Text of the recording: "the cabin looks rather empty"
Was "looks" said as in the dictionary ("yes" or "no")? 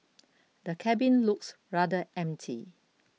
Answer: yes